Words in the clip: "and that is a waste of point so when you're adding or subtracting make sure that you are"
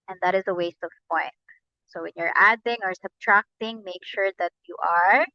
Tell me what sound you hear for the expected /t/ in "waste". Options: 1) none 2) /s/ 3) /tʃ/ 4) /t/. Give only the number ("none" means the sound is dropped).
4